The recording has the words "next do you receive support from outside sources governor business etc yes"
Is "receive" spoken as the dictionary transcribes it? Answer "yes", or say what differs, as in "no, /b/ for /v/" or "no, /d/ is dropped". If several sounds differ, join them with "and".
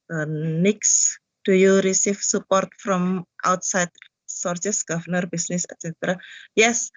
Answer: no, /f/ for /v/